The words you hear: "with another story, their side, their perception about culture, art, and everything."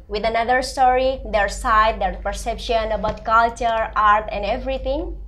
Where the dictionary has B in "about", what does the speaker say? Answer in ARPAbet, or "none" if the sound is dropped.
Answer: B